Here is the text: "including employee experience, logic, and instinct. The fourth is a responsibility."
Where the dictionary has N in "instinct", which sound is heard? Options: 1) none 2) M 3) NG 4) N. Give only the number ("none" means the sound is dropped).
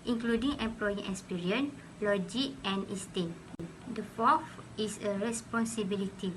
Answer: 1